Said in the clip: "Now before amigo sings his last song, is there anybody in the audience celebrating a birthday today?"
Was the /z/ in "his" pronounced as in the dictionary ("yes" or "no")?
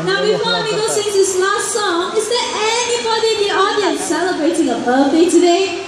no